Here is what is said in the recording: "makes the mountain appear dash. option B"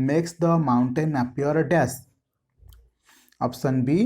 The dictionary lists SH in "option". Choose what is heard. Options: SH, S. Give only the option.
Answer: S